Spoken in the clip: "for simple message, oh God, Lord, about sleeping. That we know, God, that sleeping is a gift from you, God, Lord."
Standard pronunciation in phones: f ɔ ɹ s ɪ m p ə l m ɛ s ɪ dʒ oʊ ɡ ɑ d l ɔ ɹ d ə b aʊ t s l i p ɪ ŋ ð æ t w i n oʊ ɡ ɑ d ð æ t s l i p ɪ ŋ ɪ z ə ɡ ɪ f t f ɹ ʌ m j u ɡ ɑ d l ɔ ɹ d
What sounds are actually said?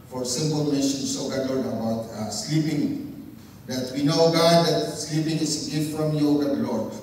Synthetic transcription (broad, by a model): f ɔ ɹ s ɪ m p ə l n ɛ ʃ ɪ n oʊ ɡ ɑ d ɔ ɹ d ə b aʊ t s l i p ɪ ŋ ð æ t w i n oʊ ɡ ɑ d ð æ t s l i p ɪ ŋ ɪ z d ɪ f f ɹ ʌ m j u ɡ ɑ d l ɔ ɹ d